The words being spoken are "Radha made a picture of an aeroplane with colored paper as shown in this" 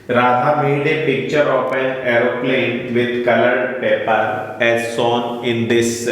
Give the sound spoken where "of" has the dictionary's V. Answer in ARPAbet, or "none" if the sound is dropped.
P